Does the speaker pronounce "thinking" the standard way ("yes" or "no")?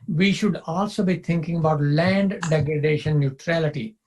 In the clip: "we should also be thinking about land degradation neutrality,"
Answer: no